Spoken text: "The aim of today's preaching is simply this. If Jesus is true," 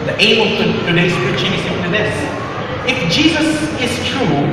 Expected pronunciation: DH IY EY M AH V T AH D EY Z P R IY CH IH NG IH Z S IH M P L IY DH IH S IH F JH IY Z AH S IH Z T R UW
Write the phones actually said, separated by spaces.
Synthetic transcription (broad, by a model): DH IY EY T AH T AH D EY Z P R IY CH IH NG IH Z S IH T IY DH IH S IH F JH IY Z AH S IH Z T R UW